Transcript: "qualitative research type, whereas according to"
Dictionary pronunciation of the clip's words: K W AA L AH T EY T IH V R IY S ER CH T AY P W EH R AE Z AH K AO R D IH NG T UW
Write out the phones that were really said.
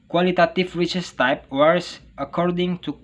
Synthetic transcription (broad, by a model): K W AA L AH T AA T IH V R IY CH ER S T AY P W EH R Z AH K AO R D IH NG T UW